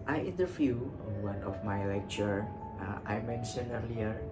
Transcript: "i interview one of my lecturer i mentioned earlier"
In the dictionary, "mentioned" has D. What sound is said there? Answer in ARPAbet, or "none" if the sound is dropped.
none